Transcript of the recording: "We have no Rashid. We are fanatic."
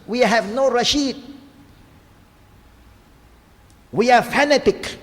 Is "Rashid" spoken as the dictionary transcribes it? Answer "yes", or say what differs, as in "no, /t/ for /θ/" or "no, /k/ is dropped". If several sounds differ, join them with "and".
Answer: yes